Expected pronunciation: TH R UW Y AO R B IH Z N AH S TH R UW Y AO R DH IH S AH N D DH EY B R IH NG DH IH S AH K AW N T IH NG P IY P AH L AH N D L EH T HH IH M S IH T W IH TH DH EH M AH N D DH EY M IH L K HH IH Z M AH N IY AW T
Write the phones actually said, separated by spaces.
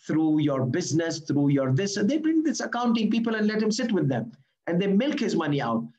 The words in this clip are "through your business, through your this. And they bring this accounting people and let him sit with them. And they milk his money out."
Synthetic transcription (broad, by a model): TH R UW Y AO R B IH Z N AH S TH R UW Y AO R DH IH S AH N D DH EY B R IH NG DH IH S AH K AW N T IH NG P IY P AH L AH N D L EH T HH IH M S IH T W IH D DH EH M AH N D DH EY M IH L K HH IH Z M AH N IY AW T